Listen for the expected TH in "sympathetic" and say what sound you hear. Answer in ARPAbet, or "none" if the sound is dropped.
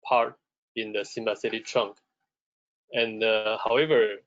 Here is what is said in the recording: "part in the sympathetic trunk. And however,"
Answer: S